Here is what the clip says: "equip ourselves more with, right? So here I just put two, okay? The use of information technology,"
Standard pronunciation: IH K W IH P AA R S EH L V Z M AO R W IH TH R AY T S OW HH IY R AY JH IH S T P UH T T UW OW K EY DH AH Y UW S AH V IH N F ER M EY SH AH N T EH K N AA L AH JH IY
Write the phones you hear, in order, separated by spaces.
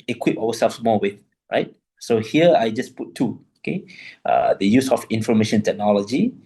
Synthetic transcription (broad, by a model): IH K W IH P AA W S EH L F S M AO W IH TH R AY T S OW HH IY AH AY JH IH S P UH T T UW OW K EY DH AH Y UW S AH F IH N F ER M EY SH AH N T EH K N AA L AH JH IY